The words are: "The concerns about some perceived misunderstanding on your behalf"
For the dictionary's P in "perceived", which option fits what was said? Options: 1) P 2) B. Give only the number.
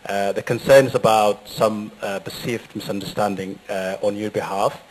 2